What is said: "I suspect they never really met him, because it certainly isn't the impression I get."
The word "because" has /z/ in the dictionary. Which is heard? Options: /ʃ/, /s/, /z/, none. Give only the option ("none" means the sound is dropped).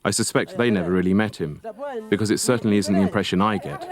/z/